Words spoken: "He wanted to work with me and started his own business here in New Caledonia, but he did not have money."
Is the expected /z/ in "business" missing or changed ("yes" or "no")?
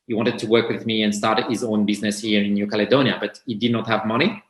no